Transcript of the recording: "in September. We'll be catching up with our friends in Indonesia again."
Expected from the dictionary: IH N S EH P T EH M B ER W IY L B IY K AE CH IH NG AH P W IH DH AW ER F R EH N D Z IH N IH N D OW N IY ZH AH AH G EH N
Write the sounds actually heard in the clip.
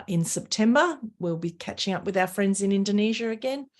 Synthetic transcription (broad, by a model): IH N S EH P T EH M B ER W IY L B IY K AE CH IH NG AH P W IH DH AW ER F R EH N D Z IH N IH N D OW N IY ZH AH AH G EH N